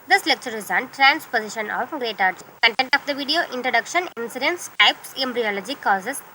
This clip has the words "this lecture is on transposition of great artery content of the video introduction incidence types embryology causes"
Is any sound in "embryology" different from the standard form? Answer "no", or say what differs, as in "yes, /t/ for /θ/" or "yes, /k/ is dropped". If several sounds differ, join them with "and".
no